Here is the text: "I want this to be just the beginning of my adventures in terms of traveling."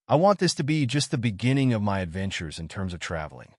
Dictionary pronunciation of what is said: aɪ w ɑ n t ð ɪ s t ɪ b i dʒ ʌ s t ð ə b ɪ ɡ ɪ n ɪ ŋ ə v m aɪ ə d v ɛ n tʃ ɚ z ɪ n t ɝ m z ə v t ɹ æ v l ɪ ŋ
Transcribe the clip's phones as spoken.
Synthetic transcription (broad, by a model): aɪ w ɑ n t ð ɪ s t ɪ b i dʒ ʌ s t ð ə b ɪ ɡ ɪ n ɪ ŋ ə v m aɪ ə d v ɛ n tʃ ɚ z ɪ n t ɝ m z ə v t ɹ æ v l ɪ ŋ